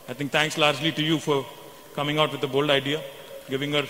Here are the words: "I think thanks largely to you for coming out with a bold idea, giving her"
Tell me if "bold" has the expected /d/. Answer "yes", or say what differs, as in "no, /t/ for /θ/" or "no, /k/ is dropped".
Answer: yes